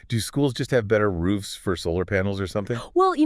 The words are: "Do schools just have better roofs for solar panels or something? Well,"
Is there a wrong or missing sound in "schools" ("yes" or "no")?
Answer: no